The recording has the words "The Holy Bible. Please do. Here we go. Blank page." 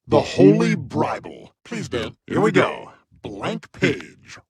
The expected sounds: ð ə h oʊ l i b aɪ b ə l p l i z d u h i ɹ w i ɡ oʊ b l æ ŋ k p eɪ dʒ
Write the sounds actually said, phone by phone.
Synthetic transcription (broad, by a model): ð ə h oʊ l i b aɪ b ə l p l i z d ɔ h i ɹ w i ɡ oʊ b l æ ŋ k p eɪ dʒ